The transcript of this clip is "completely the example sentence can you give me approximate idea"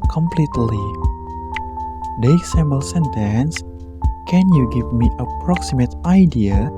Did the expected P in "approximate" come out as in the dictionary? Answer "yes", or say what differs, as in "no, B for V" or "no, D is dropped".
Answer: yes